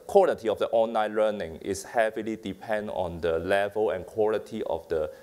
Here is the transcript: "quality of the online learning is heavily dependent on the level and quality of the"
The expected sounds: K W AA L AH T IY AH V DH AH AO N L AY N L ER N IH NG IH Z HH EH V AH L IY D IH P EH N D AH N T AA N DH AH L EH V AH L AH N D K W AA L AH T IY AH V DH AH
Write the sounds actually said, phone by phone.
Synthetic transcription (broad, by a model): K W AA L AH T IY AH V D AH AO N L AY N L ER N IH NG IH S HH EH V AH L IY D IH P EH N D AA N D AH L EH V AH L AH N K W AA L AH T IY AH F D AH